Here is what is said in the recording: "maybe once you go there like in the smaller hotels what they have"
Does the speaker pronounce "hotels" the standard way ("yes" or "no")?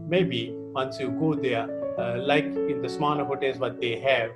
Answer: no